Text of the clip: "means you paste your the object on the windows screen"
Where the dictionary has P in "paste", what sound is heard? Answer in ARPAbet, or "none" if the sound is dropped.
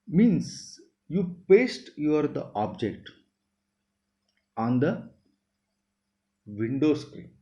P